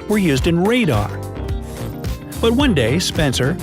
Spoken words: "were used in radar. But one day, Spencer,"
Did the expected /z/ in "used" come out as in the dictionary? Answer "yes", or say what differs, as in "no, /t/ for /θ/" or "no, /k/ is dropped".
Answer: yes